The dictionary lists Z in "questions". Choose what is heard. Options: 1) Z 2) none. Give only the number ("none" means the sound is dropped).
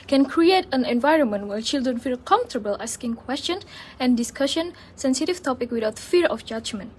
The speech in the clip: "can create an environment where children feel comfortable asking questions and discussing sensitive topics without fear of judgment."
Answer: 2